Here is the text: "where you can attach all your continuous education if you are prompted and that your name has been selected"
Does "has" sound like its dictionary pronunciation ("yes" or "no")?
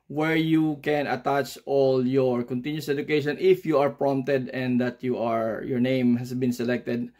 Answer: no